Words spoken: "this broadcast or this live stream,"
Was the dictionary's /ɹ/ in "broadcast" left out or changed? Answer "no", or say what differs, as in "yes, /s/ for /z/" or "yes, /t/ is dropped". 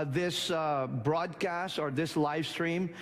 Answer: no